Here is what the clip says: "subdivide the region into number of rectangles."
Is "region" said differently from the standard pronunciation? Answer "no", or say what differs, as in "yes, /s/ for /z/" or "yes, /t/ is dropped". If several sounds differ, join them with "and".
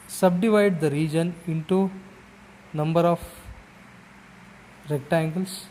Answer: no